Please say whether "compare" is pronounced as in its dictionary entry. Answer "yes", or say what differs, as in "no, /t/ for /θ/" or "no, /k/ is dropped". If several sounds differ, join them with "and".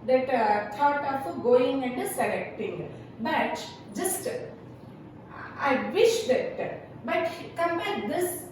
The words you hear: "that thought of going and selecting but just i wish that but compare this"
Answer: no, /b/ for /p/